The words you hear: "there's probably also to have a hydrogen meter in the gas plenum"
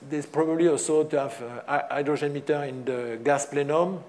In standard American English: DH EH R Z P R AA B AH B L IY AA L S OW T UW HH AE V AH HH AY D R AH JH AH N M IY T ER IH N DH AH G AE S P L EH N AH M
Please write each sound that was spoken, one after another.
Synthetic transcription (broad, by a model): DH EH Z P R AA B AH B L IY AA L S OW T UW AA V AH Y D R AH ZH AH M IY T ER IH N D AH G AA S P L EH N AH M